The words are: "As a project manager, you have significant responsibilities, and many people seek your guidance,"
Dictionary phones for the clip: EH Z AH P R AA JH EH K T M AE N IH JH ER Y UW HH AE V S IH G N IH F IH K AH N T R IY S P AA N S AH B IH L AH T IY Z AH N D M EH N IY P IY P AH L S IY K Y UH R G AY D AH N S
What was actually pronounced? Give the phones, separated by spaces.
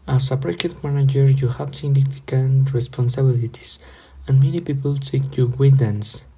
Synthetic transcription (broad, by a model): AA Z AH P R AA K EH T M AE N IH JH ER Y UW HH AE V S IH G N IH F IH K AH N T R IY S P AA N S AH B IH L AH T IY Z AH N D M EH N IY P IY P AH L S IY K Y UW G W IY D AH N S